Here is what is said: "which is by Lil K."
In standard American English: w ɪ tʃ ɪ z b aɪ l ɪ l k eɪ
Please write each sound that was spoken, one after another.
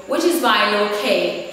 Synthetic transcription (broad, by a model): w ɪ tʃ ɪ z b aɪ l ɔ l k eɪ